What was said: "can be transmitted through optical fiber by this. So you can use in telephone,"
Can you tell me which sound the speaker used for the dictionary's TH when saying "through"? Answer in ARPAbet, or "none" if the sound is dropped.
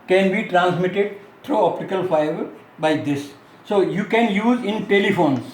T